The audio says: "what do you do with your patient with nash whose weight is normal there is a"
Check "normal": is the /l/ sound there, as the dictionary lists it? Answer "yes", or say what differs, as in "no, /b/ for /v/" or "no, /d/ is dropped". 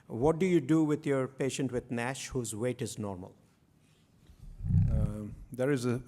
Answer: yes